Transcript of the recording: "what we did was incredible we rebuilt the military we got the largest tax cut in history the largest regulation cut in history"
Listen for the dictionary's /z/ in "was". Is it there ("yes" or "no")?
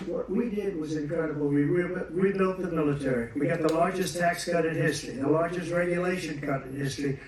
yes